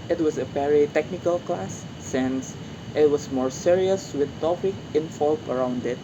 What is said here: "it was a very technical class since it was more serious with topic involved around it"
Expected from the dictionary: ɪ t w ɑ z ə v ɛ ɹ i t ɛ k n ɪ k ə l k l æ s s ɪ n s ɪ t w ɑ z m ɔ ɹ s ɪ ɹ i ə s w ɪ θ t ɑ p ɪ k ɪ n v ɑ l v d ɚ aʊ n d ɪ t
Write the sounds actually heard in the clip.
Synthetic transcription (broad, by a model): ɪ t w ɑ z ə p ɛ ɹ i t ɛ k n ɪ k ə l k l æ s s ɪ n s ɪ t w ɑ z m ɔ ɹ s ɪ ɹ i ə s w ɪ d t ɑ p ɪ k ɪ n f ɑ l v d ɚ aʊ n d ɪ t